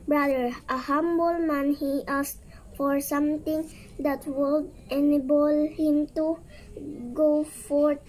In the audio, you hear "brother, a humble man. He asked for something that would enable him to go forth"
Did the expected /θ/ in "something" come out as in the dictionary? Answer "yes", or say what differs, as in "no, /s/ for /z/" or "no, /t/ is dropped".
no, /t/ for /θ/